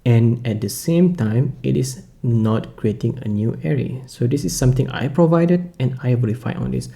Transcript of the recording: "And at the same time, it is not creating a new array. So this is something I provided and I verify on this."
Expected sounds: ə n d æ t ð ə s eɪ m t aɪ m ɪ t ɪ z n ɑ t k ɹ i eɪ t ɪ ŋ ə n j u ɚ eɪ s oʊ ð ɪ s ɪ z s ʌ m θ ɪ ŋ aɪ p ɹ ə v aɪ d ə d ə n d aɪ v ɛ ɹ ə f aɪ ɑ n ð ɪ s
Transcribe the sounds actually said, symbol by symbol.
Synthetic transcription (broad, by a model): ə n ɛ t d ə s eɪ m t aɪ m ɪ t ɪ s n ɑ t k ɹ i eɪ t ɪ ŋ ə n j u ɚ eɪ s oʊ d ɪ s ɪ s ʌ m t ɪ ŋ aɪ p ɹ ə v aɪ d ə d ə n aɪ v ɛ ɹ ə f aɪ ɑ n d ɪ s